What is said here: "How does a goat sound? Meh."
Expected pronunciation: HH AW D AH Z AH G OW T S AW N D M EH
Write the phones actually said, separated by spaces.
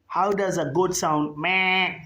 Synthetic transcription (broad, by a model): HH AW D AH Z AH G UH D S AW N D M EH